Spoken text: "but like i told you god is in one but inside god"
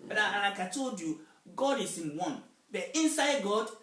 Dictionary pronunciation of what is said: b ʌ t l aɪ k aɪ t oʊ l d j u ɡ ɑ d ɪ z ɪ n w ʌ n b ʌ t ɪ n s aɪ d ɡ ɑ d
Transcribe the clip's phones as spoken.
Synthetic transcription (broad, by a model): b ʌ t n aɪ k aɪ t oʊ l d j u ɡ ɑ d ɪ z ɪ n w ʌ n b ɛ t ɪ n s aɪ d ɡ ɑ d